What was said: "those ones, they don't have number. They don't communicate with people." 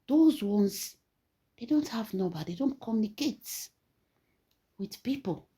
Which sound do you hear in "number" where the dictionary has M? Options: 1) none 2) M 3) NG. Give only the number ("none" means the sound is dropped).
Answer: 1